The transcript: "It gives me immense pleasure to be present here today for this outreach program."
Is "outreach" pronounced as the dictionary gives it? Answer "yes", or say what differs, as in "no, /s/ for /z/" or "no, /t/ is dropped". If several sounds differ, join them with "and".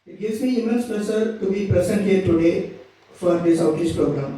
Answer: no, /ɹ/ is dropped and /s/ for /tʃ/